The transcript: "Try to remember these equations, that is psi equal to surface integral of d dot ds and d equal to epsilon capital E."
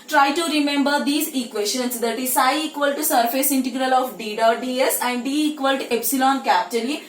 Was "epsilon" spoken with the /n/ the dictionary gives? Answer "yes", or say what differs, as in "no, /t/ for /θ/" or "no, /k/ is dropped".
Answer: yes